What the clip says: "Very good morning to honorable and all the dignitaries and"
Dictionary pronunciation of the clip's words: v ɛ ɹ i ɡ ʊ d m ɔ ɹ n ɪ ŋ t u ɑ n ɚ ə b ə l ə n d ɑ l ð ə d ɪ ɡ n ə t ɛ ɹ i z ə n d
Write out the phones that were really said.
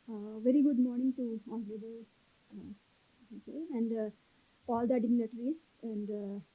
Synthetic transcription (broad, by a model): v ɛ ɹ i ɡ ʊ d m ɔ ɹ n ɪ ŋ t u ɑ l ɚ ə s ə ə n d ɑ l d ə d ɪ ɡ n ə t ɹ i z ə n d